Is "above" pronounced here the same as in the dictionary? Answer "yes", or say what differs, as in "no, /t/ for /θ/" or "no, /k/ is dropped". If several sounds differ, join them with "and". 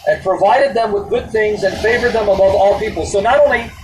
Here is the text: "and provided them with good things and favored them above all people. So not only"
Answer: yes